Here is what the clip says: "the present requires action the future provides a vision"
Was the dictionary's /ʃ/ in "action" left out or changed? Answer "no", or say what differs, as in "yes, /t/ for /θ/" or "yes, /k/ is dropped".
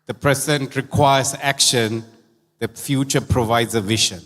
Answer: no